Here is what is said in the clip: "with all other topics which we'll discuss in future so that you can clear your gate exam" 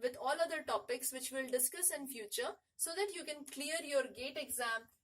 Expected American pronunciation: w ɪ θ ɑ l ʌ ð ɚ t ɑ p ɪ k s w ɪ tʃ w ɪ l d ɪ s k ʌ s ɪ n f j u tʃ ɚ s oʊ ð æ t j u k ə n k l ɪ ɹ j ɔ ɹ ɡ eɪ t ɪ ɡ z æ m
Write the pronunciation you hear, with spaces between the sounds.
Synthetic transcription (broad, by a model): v ɪ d ɑ l ʌ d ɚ t ɑ p ɪ k s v ɪ tʃ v ɪ l d ɪ s k ʌ s ɪ n f j u tʃ ɚ s oʊ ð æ t j u k ə n k l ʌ ɹ j ɔ ɹ ɡ eɪ t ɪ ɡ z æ m